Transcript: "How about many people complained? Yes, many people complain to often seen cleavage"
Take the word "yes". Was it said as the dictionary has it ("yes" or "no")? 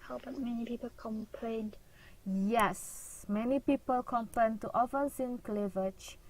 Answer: yes